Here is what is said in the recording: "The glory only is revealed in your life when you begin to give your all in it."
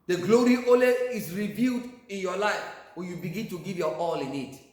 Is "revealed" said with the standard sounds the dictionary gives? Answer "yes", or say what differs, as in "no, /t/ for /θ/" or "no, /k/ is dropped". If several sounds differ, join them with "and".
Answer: yes